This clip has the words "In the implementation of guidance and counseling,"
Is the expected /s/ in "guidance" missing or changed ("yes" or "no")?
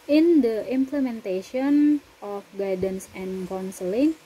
no